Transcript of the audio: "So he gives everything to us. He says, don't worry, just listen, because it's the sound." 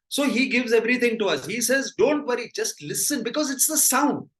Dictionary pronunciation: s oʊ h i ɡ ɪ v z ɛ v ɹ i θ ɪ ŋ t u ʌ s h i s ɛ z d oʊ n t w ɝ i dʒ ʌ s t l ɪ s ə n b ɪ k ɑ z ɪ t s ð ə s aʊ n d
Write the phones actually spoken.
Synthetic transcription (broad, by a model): s oʊ h i ɡ ɪ v z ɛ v ɹ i t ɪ ŋ t u ʌ s h i s ɛ z d oʊ n t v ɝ i dʒ ʌ s t l ɪ s ə n b ɪ k ɑ z ɪ t s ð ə s aʊ n d